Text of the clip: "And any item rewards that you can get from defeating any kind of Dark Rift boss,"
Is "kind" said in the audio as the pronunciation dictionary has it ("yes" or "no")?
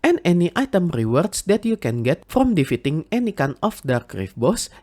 no